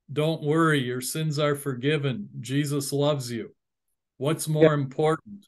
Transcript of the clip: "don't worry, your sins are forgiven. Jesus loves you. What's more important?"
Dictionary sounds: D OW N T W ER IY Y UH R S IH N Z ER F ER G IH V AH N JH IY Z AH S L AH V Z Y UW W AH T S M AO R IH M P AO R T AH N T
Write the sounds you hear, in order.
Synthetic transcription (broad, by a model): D OW N T W ER IY Y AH R S IH N Z ER F ER G IH V AH N JH IY Z AH S L AH V Z Y UW W AH T S M AO R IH M P AO R T N T